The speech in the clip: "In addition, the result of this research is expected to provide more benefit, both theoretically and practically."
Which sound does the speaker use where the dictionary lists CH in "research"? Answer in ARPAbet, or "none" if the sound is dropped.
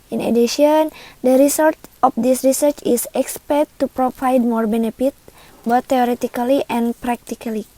CH